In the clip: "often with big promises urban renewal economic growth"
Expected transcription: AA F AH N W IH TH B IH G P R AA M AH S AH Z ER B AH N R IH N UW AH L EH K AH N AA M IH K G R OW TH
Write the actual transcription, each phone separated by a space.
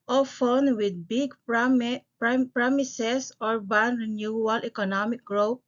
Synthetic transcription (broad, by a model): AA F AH N W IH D B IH G P R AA M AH S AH S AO B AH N R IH N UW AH L EH K AH N AA M IH K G R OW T